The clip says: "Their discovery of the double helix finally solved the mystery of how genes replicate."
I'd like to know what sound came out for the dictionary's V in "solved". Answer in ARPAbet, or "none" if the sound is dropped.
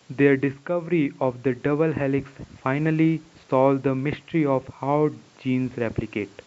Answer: none